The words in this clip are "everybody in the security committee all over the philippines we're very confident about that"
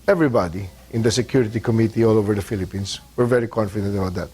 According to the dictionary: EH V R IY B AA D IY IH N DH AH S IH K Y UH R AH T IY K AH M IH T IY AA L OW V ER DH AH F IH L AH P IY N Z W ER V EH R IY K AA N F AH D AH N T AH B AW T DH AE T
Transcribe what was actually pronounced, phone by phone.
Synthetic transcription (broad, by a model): EH V R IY B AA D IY IH N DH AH S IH K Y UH R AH T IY K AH M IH T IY AA L OW V ER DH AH F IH L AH P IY N S W ER V EH R IY K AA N F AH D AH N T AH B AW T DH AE T